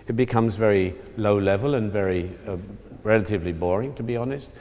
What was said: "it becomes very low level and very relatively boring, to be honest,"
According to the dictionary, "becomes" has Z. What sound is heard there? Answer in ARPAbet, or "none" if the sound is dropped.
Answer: Z